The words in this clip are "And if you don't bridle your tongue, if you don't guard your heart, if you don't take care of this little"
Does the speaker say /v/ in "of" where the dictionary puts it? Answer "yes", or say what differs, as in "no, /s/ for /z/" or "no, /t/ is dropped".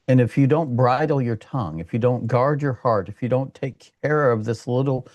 yes